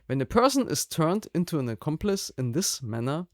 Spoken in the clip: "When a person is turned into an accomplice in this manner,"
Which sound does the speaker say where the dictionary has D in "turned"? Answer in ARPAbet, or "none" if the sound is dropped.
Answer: D